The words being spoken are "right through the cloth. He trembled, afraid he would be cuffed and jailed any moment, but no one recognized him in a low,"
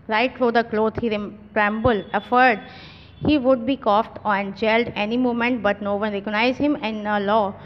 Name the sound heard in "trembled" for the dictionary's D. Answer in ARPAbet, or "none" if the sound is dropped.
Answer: none